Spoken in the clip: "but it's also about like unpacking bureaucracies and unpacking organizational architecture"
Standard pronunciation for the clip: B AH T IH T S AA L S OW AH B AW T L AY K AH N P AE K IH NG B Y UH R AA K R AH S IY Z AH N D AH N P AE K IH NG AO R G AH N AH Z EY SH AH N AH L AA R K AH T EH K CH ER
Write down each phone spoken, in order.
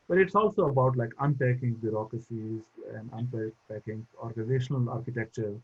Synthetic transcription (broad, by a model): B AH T IH T S AA L S OW AH B AW T L AY K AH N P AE K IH NG B Y UH R AA K R AH S IY Z AH N D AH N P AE K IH NG AO R G AH N AH Z EY SH AH N AH L AA R K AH T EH K CH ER